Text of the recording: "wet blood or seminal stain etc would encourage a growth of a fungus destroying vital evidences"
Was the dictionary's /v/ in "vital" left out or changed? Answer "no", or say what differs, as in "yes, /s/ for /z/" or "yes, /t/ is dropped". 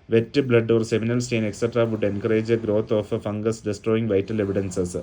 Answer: no